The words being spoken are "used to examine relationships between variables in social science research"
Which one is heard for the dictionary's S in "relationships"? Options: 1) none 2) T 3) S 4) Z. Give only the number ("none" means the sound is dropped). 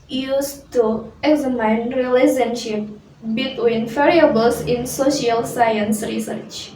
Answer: 1